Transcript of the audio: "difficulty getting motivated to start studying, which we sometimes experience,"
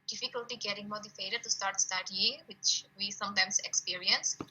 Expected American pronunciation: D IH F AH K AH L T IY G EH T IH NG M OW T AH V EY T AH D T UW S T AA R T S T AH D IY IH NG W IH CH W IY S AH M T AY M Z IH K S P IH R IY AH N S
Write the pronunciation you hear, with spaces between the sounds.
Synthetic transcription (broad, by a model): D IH F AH K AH L T IY G EH T IH NG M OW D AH F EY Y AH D T UW S T AA R T S T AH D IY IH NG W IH CH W IY S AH M T AY M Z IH K S P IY R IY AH N S